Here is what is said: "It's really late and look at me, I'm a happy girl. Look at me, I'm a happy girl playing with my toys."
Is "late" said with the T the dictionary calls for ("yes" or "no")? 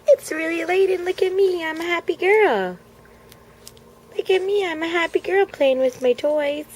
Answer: yes